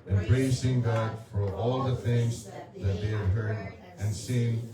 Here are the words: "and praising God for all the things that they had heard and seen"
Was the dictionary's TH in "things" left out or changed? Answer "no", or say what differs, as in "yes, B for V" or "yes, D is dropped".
no